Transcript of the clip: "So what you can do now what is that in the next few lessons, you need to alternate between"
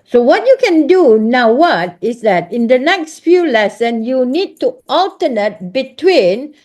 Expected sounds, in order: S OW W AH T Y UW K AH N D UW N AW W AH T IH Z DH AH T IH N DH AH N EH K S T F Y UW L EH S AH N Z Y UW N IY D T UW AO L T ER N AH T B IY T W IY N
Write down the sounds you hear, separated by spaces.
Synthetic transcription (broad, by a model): S OW W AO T Y UW K AH N D UW N AW W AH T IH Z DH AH T IH N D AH N EH K S T F Y UW L EH S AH N Y UW N IY D T UW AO L T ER N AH T B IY T W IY N